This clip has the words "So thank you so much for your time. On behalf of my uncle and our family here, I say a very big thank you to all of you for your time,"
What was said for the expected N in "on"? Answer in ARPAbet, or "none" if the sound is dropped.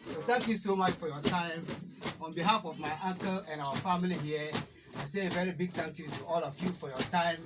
N